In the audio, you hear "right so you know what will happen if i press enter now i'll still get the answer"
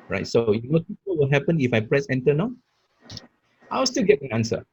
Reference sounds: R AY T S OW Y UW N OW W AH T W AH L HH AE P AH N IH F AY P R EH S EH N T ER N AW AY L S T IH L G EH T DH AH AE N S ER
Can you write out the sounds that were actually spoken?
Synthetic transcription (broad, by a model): R AY T S OW Y UW N OW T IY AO W AH L HH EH P AH N IH F AY P R EH S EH N T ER N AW AY W S T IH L G EH T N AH N S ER